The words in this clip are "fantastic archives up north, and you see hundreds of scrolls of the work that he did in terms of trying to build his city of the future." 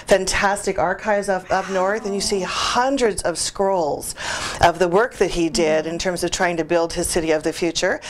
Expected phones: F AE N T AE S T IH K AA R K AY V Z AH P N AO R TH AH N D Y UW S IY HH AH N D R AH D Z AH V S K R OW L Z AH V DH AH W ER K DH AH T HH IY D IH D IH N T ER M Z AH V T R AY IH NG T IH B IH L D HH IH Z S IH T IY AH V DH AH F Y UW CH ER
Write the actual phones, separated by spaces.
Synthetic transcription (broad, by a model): F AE N T AE S T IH K AA R K AY V Z AH P N AO R TH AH N Y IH S IY HH AH N D R AH D Z AH V S K R OW L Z AH V DH AH W ER K DH AH T HH IY D IH D IH N T ER M Z AH V T R AY IH NG T IH B IH L D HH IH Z S IH T IY AH V DH AH F Y UW CH ER